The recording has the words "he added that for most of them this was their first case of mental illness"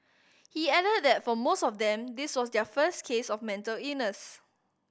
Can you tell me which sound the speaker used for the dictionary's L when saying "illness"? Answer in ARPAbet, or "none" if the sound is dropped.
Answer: none